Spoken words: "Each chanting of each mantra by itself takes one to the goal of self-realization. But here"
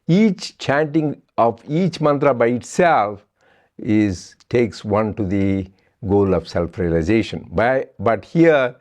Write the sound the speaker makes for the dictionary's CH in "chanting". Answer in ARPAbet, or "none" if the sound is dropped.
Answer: CH